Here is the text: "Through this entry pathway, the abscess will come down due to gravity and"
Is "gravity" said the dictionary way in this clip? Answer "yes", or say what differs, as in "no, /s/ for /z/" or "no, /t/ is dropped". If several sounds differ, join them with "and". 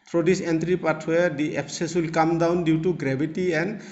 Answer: no, /b/ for /v/